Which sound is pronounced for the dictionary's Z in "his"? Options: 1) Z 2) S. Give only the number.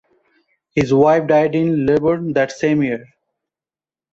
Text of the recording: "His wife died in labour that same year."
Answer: 1